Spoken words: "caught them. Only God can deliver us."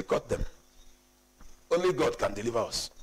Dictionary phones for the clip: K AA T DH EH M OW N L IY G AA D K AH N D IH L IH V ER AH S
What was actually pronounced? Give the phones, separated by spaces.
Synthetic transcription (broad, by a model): K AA T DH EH M OW N L IY G AA D K AH N D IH L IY V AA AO S